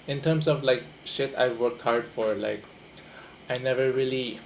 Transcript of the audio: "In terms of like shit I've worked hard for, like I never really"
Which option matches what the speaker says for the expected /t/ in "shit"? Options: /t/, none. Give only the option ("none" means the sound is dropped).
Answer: /t/